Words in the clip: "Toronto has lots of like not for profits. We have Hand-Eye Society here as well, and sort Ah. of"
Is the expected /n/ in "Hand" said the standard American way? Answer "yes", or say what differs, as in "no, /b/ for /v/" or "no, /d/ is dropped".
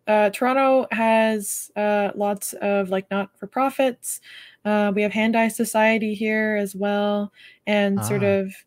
yes